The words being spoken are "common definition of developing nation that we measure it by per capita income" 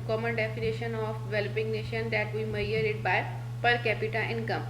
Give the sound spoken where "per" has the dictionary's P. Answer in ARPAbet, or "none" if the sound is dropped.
P